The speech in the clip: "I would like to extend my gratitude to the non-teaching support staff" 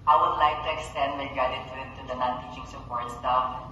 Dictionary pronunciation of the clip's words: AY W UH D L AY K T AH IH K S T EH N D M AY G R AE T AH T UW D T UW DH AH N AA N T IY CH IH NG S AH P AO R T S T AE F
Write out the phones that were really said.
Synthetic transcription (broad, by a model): AY W UH D L AY K T AH IH K S T EH N D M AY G AA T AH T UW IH T UW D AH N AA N T IY CH IH NG S AH P AO R T S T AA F